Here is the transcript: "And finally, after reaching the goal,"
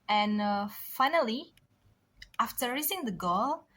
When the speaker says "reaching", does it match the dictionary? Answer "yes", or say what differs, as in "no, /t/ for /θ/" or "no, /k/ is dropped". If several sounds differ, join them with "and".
no, /s/ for /tʃ/